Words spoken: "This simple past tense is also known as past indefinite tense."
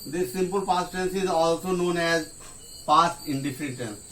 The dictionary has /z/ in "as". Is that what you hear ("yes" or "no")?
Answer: yes